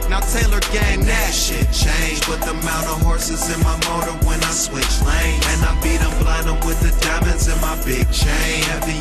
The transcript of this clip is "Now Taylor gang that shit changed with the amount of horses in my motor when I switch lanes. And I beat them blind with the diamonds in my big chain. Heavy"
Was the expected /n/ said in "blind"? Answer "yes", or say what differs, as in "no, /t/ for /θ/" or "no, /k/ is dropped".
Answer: no, /n/ is dropped